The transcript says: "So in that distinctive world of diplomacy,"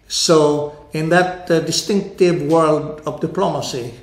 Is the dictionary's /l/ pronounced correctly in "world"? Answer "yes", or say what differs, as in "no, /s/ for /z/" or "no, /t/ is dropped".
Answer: yes